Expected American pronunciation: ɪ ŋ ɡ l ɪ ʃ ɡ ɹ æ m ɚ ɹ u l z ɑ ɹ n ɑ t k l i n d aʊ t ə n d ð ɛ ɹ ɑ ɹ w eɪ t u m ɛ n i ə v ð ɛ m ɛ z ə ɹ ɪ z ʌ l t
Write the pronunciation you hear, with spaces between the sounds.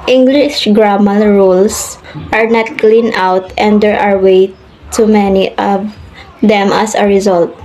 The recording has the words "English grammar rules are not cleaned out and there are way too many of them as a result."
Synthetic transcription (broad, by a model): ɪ ŋ ɡ l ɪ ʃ ɡ ɹ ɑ m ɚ ɹ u l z ɑ ɹ n ɑ t k l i n aʊ t ə n d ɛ ɹ ɑ ɹ w eɪ t u m ɛ n i ə v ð ɛ m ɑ s ə ɹ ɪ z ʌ l t